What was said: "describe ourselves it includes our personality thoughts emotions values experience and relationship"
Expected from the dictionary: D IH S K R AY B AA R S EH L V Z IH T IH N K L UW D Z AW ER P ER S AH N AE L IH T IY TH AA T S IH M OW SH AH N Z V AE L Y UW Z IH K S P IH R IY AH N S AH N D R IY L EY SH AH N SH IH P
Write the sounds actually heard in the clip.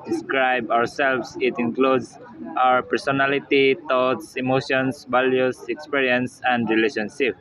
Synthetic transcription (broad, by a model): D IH S K R AY B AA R S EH L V S IH T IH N K L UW D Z AW ER P ER S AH N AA L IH T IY T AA T S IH M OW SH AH N S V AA L Y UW S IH K S P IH R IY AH N S AH N D R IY L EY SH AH N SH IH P